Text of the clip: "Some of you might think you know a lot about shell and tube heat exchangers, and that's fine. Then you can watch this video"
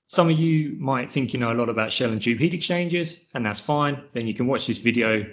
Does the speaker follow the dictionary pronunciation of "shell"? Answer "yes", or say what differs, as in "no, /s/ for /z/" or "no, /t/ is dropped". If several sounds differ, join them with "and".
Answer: yes